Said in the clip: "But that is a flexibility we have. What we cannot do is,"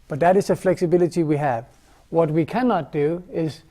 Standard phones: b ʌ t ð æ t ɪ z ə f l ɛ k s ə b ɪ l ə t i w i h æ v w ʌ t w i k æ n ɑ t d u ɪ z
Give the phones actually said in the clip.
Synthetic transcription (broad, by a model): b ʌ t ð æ t ɪ z ə f l ɛ k s ə b ɪ l ə t i w i h æ v w ʌ t w i k æ n ɑ t d u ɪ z